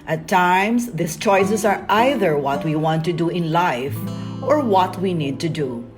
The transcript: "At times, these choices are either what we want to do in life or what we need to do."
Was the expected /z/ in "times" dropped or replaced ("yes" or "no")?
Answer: yes